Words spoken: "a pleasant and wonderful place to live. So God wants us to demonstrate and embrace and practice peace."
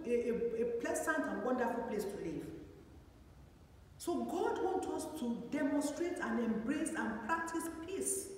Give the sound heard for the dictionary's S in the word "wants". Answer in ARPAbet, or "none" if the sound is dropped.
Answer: none